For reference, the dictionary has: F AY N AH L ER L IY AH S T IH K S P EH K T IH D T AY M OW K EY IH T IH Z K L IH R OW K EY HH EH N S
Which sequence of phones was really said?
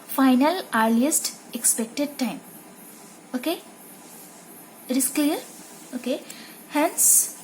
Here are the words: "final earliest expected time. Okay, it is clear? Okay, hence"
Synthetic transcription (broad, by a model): F AY N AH L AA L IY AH S T IH K S P EH K T IH D T AY M OW K EY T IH S K L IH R OW K EY HH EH N S